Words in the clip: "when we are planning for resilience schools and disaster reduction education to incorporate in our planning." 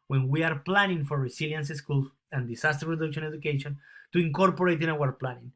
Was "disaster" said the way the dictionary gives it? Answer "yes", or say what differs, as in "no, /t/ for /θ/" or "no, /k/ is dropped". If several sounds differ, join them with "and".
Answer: no, /s/ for /z/